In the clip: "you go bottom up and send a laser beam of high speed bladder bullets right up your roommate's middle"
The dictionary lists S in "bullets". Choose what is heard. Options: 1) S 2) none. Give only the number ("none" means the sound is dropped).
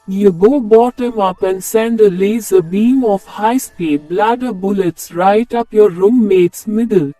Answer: 1